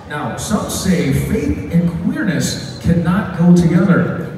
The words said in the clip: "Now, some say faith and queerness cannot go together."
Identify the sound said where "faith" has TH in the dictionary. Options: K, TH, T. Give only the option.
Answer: TH